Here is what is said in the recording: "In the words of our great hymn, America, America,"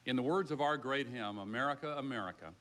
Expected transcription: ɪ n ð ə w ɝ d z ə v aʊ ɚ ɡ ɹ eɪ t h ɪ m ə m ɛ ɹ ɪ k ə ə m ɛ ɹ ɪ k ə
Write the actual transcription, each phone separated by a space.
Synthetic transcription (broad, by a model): ɪ n ð ə w ɝ d z ə v aʊ ɚ ɡ ɹ eɪ t h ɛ m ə m ɛ ɹ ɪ k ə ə m ɛ ɹ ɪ k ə